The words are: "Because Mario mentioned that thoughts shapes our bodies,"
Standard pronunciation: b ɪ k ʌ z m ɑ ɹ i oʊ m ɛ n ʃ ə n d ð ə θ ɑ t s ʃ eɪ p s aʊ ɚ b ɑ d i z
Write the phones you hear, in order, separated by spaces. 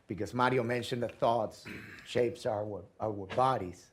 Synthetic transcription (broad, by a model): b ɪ k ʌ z m ɑ ɹ i oʊ m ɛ n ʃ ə n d ð ə θ ɑ t s ʃ eɪ p s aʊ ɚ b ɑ d i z